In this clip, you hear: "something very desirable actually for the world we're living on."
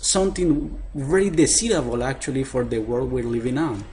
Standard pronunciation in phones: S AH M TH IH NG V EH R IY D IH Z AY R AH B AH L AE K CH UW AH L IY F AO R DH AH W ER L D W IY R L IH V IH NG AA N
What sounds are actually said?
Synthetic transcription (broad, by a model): S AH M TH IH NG V EH R IY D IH S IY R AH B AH L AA K CH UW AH L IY F AO R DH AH W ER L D W IY R L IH V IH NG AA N